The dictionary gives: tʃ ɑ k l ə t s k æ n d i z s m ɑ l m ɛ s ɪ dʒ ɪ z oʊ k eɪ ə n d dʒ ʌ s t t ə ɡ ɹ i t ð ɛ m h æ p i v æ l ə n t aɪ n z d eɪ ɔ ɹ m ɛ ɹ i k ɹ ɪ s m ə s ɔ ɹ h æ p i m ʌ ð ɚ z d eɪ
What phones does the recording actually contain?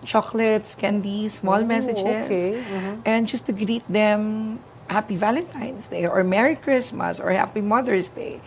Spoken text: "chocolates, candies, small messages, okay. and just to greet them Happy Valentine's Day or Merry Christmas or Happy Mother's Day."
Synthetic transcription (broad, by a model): tʃ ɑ k l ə t s k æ n d i s m ɑ l m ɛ s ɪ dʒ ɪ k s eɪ ə n d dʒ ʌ s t t ə ɡ ɹ i t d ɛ m h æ p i v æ l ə n t aɪ n s d eɪ ɔ ɹ m ɛ ɹ i k ɹ ɪ s m ə s ɔ ɹ h æ p i m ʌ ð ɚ s d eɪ